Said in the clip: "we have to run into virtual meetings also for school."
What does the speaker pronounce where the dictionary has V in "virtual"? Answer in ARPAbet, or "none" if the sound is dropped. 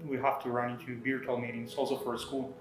B